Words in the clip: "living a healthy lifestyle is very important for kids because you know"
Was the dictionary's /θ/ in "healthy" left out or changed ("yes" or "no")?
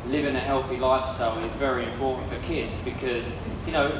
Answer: no